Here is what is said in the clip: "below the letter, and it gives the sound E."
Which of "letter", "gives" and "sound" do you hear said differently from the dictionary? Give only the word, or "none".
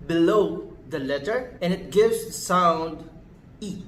none